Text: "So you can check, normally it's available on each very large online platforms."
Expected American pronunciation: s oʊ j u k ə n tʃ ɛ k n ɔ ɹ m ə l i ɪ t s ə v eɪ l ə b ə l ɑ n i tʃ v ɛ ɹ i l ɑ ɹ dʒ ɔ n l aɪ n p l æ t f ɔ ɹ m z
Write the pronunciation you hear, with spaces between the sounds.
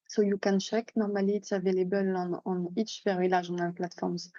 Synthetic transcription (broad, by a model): s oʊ j u k ə n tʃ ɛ k n ɔ ɹ m ə l i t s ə v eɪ l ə b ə l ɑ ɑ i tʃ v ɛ ɹ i l ɑ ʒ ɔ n aɪ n p l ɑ t f ɔ ɹ m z